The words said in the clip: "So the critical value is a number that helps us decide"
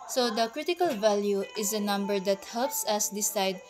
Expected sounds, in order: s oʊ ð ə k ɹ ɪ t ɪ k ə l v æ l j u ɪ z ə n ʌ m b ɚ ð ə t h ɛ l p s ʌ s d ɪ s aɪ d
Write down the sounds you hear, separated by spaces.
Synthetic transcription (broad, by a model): s oʊ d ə k ɹ ɪ t ɪ k ə l v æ l j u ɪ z ə n ʌ m b ɚ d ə t h ɛ l p s ʌ s d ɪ s aɪ d